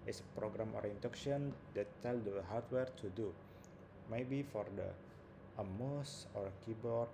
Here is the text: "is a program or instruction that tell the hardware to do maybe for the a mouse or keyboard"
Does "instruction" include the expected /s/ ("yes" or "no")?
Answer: no